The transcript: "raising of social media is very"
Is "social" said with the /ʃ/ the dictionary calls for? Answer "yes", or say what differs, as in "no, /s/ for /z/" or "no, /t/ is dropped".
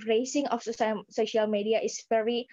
yes